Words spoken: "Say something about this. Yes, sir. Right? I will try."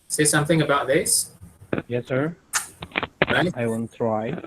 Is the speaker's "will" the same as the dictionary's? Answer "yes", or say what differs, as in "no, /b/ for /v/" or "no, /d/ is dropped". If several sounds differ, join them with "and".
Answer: no, /n/ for /l/